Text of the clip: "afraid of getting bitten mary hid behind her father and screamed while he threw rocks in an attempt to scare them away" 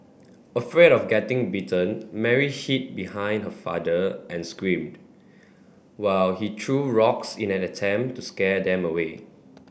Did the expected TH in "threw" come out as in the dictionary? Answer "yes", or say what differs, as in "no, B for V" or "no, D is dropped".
no, T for TH